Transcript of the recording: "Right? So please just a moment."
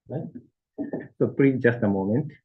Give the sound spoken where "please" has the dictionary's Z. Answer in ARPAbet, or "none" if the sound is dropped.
none